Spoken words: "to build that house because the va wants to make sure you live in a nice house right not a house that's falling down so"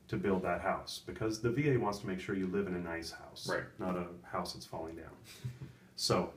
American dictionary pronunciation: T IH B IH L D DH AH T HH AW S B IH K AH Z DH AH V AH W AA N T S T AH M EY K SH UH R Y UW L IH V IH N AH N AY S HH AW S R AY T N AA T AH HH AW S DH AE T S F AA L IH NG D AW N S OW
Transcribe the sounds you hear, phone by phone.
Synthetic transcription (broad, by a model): T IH B IH L D DH AH T HH AW S B IH K AH Z DH AH V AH W AA N T S T AH M EY K SH UH R Y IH L IH V IH N AH N AY S HH AW S R AY T N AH T AH HH AW S DH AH T S F AA L IH NG D AW N S OW